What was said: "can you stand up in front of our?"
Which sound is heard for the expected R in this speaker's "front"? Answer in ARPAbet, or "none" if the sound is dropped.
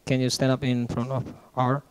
R